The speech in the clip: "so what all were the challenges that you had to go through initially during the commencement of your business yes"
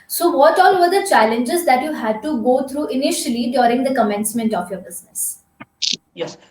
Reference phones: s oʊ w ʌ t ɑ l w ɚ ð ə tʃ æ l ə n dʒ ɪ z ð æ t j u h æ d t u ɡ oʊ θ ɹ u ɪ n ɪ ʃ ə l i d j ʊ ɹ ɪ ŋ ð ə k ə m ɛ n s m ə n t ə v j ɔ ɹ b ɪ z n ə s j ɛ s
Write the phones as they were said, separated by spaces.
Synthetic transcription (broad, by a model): s oʊ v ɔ t ɑ l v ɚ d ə tʃ æ l ə n dʒ ɪ z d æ t j u h æ d t u ɡ oʊ t ɹ u ɪ n ɪ ʃ ə l i d j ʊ ɹ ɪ ŋ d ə k ə m ɛ n s m ə n t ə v j ɔ ɹ b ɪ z n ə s s